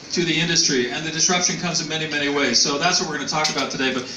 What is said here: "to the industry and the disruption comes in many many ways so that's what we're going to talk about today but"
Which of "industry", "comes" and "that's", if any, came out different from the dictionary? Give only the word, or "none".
none